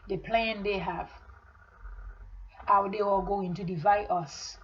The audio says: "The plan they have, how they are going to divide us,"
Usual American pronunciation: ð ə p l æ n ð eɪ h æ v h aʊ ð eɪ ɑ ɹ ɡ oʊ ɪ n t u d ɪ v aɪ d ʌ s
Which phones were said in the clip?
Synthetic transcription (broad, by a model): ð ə p l æ n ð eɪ h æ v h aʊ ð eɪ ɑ l ɡ oʊ ɪ n t u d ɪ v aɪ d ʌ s